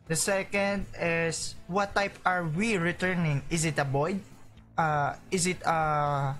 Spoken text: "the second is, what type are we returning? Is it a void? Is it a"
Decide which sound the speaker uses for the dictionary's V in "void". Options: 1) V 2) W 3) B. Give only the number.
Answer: 3